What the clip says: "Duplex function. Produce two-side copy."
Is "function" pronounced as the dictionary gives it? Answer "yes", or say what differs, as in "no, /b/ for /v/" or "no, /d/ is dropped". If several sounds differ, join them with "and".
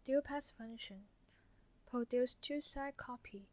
no, /k/ is dropped